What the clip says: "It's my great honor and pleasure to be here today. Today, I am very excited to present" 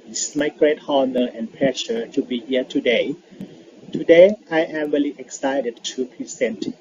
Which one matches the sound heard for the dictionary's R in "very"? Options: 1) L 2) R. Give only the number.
1